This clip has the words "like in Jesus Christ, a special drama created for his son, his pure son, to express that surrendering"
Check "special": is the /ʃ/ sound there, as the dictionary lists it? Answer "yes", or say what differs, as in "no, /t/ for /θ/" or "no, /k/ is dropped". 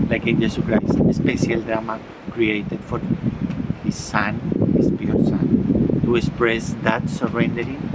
no, /s/ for /ʃ/